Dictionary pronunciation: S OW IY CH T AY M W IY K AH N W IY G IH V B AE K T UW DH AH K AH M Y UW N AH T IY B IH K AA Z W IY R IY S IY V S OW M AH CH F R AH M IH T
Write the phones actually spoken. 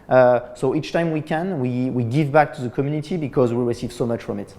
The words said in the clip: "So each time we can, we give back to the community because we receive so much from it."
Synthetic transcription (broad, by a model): S OW IY CH T AY M W IY K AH N W IY G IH V B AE K T UW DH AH K AH M Y UW N AH T IY B IH K AA Z W IY R IY S IY V S OW M AH CH F R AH M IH T